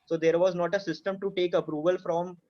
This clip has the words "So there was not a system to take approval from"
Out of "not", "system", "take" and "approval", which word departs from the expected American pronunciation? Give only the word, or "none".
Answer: none